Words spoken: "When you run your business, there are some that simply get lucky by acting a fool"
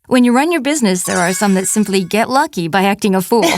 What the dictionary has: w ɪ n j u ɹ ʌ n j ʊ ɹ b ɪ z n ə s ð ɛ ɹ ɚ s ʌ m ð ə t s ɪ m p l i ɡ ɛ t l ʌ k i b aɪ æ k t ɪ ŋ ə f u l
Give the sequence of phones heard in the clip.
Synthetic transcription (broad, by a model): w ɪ n j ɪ ɹ ʌ n j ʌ ɹ b ɪ z n ə s ð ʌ ɹ ɚ s ʌ m ð ə t s ɪ m p l i ɡ ɛ t l ʌ k i b aɪ æ k t ɪ ŋ ə f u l